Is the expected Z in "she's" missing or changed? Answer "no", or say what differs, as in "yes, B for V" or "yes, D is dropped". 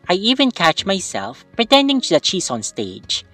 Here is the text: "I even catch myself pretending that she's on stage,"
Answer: yes, S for Z